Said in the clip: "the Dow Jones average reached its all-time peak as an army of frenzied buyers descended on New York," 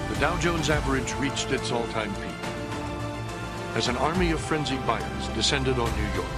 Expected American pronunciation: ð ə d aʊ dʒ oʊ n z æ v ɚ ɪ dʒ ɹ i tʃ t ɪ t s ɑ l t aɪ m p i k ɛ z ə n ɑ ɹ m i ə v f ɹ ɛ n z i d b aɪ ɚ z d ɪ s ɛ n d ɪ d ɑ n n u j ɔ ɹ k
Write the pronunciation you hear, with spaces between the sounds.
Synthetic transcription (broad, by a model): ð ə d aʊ dʒ oʊ n z æ v ɚ ɪ dʒ ɹ i tʃ t ɪ t s ɑ l t aɪ m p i ɪ z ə n ɑ ɹ m i ə v f ɹ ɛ n z i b aɪ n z d ɪ s ɛ n d ɪ d n n u j ɔ ɹ k